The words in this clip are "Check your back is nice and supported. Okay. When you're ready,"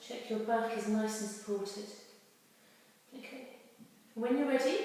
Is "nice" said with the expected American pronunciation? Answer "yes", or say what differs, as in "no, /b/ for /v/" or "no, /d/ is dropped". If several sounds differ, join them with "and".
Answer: yes